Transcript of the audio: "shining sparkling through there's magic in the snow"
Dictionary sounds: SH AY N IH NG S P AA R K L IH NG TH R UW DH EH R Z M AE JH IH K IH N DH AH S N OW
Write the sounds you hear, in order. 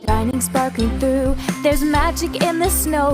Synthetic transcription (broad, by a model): AY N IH NG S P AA R K IH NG TH R UW DH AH R Z M AE JH IH K IH N DH AH S N OW